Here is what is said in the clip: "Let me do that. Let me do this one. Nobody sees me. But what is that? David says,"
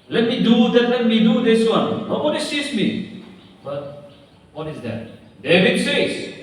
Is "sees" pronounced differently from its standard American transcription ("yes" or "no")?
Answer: yes